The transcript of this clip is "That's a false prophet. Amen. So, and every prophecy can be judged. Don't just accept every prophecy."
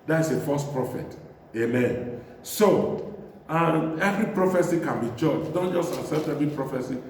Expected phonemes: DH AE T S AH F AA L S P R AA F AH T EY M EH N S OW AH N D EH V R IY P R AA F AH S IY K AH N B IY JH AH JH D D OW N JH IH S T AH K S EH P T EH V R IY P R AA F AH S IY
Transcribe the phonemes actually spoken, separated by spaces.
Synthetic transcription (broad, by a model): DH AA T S AH F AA S P R AA F AH T EY M EH N S OW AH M EH V R IY P R AA F AH S IY K AH N B IY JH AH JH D D OW N JH IH S T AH S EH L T EH V R IY P R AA F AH S IY